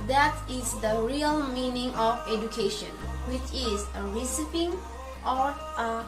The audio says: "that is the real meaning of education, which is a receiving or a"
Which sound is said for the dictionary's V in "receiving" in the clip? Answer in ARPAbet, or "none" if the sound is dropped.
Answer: P